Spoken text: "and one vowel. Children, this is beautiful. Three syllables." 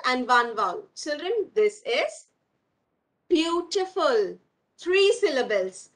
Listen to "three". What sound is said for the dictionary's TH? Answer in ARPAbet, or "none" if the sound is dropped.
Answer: T